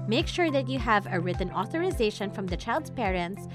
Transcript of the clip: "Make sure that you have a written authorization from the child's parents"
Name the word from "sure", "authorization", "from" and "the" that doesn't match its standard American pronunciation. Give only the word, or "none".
none